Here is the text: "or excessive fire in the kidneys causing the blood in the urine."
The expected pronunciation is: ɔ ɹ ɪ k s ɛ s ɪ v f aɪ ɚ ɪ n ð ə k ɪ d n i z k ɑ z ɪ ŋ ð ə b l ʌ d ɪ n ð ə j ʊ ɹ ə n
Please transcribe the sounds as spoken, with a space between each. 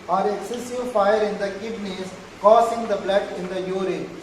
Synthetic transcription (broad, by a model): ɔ ɹ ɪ s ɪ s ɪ f aɪ ɚ ɪ n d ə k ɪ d n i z k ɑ s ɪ ŋ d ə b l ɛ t ɪ n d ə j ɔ ɹ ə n